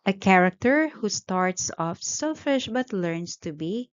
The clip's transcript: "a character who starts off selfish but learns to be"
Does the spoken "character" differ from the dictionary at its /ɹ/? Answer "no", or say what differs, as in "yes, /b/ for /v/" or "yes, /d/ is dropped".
no